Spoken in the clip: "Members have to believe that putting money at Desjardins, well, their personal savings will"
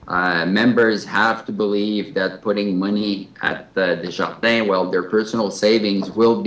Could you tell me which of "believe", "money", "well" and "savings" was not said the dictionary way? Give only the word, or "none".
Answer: none